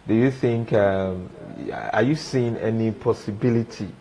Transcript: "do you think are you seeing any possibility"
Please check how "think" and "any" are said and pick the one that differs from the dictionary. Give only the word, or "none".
none